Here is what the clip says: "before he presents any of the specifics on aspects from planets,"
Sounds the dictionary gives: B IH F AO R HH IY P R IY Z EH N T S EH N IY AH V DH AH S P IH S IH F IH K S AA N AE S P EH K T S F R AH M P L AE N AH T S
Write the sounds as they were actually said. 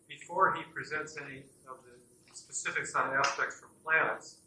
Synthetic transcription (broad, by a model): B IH F AO R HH IY P R IY Z EH N T S EH N IY AH V DH AH S P IH S IH F IH K S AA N AE S P EH K T S F R AH M P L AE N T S